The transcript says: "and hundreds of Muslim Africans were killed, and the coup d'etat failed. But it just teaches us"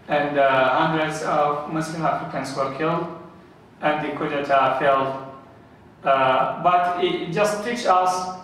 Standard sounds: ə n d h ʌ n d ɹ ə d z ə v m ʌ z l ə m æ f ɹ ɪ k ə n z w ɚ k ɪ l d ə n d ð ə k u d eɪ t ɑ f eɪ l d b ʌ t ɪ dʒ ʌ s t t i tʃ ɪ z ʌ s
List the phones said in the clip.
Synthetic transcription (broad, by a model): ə n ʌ h ʌ n d ɹ ə d z ə v m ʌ s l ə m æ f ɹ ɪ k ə n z w ɚ k ɪ l d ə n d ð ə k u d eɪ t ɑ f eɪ l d b ʌ t ɪ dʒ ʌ s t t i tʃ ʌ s